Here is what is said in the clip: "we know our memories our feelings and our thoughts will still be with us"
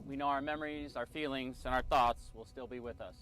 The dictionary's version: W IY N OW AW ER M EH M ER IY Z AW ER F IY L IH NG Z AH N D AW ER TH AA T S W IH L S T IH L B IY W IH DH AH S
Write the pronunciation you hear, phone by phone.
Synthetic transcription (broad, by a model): W IY N OW AW ER M EH M ER IY Z AW ER F IY L IH NG Z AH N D AW ER TH AA T S W IH L S T IH L B IY W IH DH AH S